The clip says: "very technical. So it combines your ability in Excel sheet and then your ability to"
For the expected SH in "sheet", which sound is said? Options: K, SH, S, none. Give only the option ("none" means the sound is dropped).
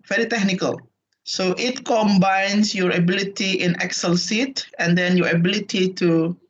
S